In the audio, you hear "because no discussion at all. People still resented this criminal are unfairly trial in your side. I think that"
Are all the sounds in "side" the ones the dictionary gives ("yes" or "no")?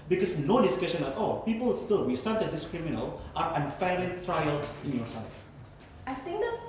no